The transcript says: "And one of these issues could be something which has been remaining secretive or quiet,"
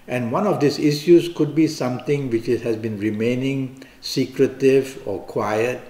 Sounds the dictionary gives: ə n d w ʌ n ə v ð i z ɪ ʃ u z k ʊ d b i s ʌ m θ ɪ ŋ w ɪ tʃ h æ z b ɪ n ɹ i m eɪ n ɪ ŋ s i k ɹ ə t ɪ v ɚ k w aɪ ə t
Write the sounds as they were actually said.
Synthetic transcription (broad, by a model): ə n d w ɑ n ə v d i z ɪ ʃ u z k ʊ d b i s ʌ m t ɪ ŋ w ɪ tʃ h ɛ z b ɪ n ɹ i m eɪ n ɪ ŋ s i k ɹ ə t ɪ v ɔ k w aɪ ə t